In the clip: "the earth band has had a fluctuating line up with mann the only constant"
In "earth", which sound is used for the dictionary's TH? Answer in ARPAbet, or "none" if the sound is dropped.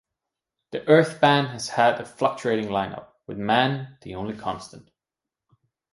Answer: TH